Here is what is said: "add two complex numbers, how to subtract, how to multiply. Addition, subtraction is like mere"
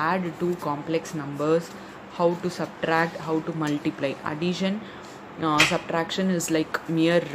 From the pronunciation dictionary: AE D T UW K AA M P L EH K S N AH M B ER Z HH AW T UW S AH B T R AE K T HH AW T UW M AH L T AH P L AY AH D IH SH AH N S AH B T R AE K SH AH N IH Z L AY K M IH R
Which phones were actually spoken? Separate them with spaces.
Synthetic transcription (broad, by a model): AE D T UW K AA M P L EH K S N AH M B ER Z HH AW T UW S AH B T R AE K T HH AW T UW M AH L T AH P L AY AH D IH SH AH N S AH B T R AE K SH AH N IH Z L AY K M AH R